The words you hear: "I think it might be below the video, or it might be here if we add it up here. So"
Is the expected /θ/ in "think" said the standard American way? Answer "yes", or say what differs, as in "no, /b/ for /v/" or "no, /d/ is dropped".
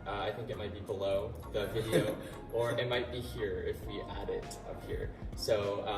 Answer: yes